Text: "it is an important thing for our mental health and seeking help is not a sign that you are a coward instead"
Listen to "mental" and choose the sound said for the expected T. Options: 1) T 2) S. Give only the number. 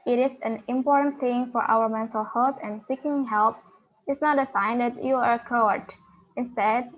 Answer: 2